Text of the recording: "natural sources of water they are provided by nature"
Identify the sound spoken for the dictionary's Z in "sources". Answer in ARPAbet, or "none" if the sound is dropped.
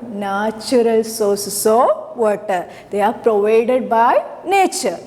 S